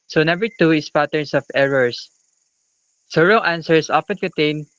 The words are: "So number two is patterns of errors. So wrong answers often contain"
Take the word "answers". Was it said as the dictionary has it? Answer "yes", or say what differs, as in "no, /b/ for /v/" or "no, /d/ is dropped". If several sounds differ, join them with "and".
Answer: no, /s/ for /z/